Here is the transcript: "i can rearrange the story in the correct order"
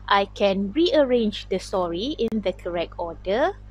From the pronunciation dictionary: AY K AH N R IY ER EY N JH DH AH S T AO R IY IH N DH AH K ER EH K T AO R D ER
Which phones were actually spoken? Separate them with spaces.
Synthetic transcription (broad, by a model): AY K AH N R IY ER EY N JH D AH S T AO R IY IH N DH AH K ER EH K T AO D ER